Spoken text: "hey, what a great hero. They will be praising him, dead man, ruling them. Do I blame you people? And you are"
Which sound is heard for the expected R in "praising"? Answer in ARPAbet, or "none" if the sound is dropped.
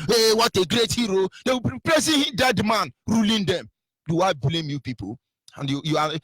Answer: L